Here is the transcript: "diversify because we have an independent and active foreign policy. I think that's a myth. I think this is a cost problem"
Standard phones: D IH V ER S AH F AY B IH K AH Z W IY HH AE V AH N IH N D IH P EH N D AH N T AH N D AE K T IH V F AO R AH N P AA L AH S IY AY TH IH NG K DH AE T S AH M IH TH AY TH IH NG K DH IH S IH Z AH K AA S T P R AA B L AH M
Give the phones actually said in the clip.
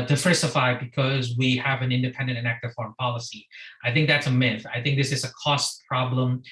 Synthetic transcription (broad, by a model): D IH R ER S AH F AY B IH K AH Z W IY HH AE V AH N IH N D IH P EH N D AH N T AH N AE K T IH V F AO R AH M P AA L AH S IY AY TH IH NG K DH AE T S AH M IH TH AY TH IH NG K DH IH S IH Z AH K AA S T P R AA B L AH M